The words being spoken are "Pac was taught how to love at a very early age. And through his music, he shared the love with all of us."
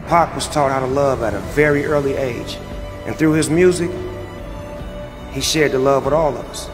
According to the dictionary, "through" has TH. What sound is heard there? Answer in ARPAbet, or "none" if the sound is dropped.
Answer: TH